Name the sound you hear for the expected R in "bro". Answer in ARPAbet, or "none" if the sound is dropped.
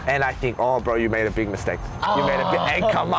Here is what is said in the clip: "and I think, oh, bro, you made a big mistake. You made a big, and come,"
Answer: R